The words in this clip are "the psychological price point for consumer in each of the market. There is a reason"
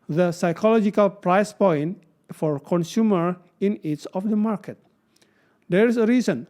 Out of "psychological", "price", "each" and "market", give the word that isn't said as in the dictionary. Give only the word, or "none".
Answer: each